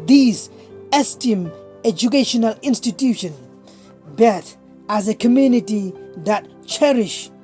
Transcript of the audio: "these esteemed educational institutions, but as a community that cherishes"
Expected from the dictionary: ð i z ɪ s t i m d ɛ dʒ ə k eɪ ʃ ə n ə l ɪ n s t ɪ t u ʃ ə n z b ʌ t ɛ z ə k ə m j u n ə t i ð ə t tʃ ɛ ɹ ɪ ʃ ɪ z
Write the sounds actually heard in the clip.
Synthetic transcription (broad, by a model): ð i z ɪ s t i m ɛ dʒ ə k eɪ ʃ ə n ə l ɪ n s t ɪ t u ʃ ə n b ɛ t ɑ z ə k ə m j u n ə t i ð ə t tʃ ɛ ɹ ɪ ʃ